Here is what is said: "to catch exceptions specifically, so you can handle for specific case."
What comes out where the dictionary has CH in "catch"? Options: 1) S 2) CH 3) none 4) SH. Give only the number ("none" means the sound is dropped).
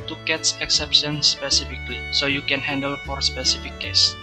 1